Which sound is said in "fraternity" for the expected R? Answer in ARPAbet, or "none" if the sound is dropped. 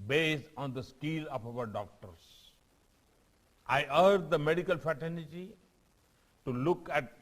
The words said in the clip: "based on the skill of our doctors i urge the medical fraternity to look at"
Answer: none